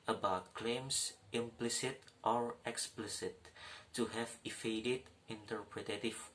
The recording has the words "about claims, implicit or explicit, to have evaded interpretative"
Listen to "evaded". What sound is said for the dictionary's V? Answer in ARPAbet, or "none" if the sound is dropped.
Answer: F